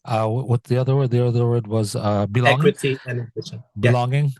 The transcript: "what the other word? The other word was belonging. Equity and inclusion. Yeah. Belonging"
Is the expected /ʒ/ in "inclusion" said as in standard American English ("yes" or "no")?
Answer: no